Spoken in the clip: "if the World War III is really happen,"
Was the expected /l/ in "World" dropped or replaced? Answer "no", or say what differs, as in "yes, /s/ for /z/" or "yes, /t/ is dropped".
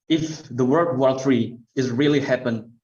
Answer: yes, /l/ is dropped